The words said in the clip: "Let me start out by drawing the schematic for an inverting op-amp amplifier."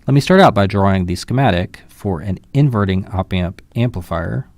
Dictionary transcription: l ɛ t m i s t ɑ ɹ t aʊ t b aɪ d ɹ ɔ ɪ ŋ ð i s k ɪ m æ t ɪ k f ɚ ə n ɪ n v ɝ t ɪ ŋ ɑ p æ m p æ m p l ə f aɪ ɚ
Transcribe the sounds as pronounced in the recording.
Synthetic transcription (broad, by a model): l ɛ t m i s t ɑ ɹ t aʊ t b aɪ d ɹ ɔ ɪ ŋ ð i s k ɪ m æ t ɪ k f ɚ ə n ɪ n v ɝ t ɪ ŋ ɑ p æ m p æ m p l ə f aɪ ɚ